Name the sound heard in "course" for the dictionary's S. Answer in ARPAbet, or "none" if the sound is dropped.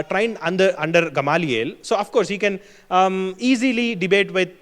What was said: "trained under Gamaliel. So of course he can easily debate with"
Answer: S